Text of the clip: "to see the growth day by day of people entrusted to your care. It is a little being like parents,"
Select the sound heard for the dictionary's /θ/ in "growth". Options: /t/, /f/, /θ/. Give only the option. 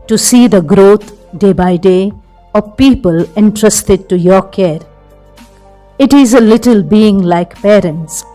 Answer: /t/